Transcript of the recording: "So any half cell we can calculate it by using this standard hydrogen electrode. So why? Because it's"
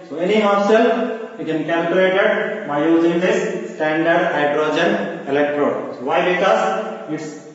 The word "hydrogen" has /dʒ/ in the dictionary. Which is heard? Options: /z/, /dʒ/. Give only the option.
/dʒ/